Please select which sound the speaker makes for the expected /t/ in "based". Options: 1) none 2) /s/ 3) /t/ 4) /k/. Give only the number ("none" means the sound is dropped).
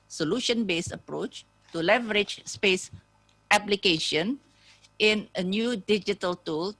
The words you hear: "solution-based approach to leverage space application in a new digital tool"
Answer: 1